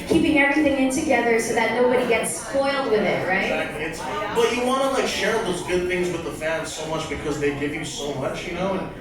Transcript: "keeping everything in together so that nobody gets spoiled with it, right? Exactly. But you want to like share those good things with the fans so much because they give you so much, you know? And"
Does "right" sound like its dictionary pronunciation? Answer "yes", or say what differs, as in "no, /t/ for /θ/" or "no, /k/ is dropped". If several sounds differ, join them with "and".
no, /t/ is dropped